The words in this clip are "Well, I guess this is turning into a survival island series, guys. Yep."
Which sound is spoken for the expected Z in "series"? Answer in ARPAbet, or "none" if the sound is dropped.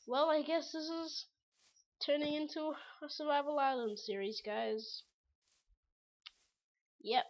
Z